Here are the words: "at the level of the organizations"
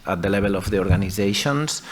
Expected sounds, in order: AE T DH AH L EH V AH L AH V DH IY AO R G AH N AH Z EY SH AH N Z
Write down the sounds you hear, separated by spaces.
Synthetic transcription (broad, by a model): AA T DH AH L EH B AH L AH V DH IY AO R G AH N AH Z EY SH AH N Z